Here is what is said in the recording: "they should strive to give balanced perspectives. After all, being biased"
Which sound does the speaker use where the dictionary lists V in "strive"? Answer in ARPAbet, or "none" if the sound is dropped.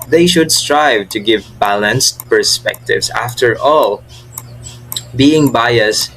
V